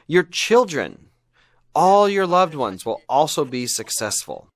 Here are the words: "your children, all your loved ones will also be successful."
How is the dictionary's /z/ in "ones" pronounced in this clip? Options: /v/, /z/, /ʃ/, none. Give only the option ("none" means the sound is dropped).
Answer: /z/